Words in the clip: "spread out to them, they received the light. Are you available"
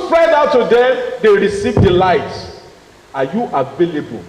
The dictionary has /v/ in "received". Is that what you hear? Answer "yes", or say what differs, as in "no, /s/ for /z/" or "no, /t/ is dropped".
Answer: yes